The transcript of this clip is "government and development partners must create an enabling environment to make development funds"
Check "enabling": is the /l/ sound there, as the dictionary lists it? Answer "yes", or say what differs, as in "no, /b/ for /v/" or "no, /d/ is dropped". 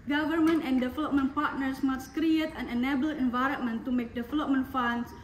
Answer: no, /l/ is dropped